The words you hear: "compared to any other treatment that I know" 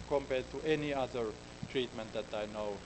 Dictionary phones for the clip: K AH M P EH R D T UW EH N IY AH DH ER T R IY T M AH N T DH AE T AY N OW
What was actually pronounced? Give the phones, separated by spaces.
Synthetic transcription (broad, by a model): K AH M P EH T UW EH N IY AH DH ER T R IY T M AH N T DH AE T AY N OW